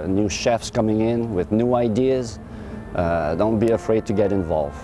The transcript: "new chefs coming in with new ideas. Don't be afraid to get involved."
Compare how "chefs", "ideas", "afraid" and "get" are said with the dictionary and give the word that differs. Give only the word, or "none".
none